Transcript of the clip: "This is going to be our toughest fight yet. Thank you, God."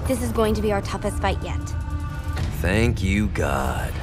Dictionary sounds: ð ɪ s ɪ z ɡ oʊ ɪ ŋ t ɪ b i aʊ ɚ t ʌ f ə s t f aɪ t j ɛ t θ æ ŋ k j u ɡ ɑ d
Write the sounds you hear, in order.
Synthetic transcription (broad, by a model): ð ɪ s ɪ z ɡ oʊ ɪ ŋ t ɪ b i aʊ ɚ t ʌ f ə s t f aɪ t j ɛ t θ æ ŋ k j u ɡ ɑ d